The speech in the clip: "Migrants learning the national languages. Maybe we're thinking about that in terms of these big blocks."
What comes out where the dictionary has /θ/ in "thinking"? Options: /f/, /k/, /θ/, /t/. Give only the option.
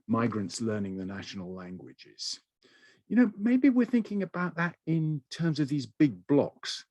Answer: /θ/